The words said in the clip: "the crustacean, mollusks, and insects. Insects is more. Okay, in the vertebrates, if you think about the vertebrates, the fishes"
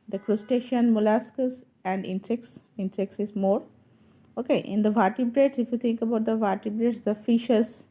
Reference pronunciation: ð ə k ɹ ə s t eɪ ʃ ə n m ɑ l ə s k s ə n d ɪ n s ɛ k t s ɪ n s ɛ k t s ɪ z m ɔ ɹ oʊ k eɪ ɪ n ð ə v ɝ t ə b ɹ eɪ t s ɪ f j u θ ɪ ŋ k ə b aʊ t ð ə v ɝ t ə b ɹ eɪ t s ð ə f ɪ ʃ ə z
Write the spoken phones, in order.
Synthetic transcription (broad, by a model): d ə k ɹ ə s t eɪ ʃ ə n m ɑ l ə s k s ə n d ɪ n s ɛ k s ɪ n s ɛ k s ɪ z m ɔ ɹ oʊ k eɪ ɪ n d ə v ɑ t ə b ɹ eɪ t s ɪ f j u t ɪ ŋ k ə b aʊ t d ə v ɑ t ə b ɹ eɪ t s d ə f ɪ ʃ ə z